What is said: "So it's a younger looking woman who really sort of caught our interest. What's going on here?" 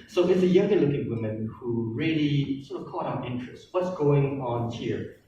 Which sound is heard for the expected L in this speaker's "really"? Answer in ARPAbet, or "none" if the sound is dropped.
L